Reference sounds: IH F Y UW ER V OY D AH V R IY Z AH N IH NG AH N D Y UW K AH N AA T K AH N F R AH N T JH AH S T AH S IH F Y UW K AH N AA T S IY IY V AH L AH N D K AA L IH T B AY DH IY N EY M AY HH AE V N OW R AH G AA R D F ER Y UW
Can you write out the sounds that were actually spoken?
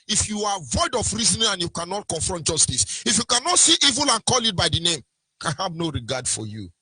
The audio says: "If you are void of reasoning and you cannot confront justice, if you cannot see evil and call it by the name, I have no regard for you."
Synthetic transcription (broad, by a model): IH F Y UW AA V OY D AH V R IY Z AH N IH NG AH N Y UW K AH N AA T K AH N F R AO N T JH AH S T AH S IH F Y UW K AH N AA T S IY IY V AH L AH N K AA L IH T B AY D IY N EY M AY HH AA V N OW R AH G AA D F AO Y UW